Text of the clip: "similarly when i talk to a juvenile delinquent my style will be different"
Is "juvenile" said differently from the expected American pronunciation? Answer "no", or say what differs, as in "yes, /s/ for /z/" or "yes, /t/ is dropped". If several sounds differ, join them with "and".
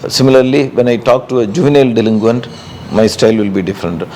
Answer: no